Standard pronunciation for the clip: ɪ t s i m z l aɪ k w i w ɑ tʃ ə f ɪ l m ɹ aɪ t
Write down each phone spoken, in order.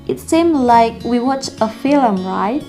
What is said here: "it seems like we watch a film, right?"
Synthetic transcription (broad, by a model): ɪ t s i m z l aɪ k w i w ɑ tʃ ə f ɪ l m ɹ aɪ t